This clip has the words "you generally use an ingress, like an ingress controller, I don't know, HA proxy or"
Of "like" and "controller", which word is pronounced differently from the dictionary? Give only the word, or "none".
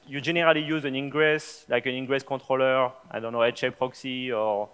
controller